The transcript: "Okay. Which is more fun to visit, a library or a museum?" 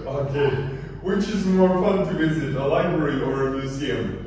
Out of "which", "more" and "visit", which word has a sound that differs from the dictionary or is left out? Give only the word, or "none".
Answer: none